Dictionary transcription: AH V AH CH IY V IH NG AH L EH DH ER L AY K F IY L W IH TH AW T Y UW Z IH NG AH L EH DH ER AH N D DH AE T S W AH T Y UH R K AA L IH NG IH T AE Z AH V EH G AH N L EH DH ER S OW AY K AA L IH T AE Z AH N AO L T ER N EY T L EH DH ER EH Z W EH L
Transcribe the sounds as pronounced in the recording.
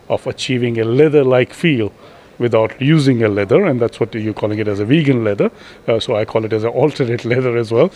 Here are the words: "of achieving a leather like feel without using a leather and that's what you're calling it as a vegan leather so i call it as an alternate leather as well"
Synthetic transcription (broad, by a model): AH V AH CH IY V IH NG AH L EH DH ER L AY K F IY L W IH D AW T Y UW Z IH NG AH L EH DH ER AH N D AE T S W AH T Y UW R K AA L IH NG IH T AE Z AH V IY G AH N L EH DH ER S OW AY K AA L IH T AE Z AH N AO L T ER EY T L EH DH ER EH Z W EH L